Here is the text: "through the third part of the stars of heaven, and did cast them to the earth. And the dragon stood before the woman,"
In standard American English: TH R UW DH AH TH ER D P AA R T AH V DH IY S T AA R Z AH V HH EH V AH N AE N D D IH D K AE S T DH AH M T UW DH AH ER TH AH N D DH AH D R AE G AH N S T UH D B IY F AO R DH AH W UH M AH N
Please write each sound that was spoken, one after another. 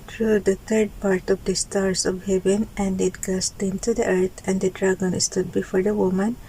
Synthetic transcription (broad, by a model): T R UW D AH T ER D P AA R T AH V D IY S T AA R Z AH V HH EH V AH N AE N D D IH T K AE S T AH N T UW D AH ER T AH N D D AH D R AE G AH N S T UH D B IY F AO R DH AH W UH M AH N